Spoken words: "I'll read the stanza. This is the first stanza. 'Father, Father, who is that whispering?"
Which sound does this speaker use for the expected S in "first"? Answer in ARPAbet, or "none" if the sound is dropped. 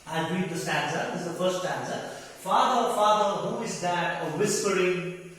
none